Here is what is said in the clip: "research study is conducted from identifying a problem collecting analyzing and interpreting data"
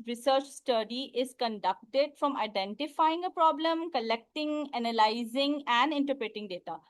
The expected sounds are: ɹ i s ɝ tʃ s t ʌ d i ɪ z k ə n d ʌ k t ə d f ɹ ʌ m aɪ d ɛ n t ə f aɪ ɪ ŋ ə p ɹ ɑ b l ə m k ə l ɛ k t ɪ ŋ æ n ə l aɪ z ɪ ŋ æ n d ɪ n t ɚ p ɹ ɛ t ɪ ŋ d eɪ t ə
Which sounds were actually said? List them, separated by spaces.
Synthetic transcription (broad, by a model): ɹ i s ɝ tʃ s t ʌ d i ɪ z k ə n d ʌ k t ə d f ɹ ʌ m aɪ d ɛ n t ə f aɪ ɪ ŋ ə p ɹ ɑ b l ə m k ə l ɛ k t ɪ ŋ æ n ə l aɪ z ɪ ŋ æ n d ɪ n t ɚ p ɹ ɛ t ɪ ŋ d eɪ t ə